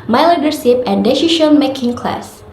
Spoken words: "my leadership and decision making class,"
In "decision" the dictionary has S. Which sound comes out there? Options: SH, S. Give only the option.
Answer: SH